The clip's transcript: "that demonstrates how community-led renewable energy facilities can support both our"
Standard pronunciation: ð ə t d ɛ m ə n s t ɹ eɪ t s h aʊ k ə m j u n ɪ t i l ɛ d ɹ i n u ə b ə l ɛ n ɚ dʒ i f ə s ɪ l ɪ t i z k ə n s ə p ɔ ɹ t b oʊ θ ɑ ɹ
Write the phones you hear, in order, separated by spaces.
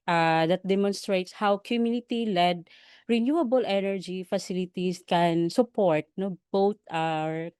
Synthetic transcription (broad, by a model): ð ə t d ɛ m ə n s t ɹ eɪ t s h aʊ k ə m j u n ɪ t i l ɛ d ɹ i n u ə b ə l ɛ n ɚ dʒ i f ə s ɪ l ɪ t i s k ə n s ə p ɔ ɹ t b oʊ t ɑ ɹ